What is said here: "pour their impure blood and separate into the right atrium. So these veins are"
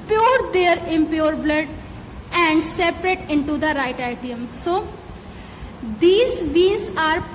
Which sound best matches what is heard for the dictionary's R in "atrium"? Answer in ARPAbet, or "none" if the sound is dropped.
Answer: none